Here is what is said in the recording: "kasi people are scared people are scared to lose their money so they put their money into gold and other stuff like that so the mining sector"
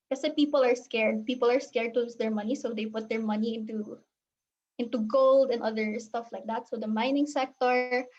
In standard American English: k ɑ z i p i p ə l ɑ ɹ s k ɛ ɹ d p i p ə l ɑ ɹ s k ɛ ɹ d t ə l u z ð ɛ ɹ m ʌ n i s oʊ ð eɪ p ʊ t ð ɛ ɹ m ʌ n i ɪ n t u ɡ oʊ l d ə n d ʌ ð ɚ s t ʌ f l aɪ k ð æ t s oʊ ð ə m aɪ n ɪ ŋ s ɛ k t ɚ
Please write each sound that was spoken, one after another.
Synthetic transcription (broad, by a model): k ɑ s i p i p ə l ɑ ɹ s k ɛ ɹ d p i p ə l ɑ ɹ s k ɛ ɹ d t ə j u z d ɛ ɹ m ʌ n i s oʊ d eɪ p ʊ t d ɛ ɹ m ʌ n i ɪ n t u ɡ oʊ l d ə n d ʌ ð ɚ s t ʌ f l aɪ k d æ t s oʊ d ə m aɪ n ɪ ŋ s ɛ k t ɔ